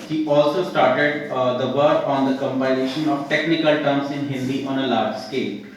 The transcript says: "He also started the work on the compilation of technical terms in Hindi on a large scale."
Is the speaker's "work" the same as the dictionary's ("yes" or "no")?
no